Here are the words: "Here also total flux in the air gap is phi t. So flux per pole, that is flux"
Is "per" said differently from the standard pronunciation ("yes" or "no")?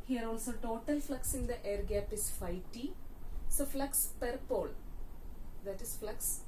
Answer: no